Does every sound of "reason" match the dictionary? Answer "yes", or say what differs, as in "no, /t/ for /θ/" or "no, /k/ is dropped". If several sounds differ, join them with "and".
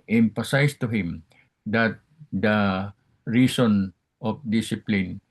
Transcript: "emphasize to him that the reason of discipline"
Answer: no, /s/ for /z/